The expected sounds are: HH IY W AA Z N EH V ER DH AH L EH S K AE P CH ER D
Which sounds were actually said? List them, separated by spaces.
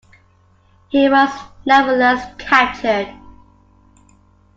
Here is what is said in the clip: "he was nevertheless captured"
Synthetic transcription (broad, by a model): HH IY W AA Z N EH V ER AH L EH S K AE CH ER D